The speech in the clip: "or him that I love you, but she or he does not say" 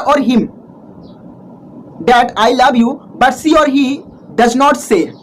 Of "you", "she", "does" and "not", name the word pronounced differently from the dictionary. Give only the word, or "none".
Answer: she